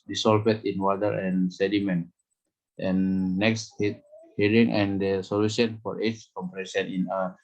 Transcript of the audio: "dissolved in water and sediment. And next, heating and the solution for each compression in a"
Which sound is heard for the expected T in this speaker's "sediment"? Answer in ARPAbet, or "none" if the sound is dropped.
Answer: T